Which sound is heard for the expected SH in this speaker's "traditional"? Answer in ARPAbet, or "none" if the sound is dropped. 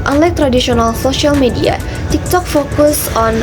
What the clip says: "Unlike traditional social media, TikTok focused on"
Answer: S